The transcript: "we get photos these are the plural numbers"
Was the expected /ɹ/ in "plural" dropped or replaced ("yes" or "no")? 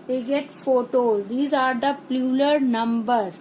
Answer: yes